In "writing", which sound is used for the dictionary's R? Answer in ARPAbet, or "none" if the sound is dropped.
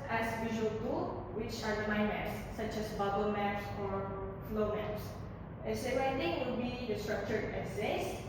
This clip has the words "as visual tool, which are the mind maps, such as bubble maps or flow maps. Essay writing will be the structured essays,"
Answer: W